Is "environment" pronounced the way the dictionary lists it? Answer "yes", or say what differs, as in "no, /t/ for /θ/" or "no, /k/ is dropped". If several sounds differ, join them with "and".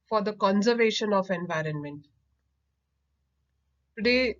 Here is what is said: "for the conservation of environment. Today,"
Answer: yes